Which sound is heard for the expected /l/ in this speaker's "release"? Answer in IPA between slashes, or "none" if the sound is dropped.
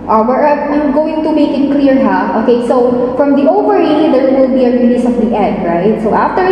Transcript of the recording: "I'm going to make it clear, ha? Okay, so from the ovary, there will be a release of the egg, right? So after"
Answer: /n/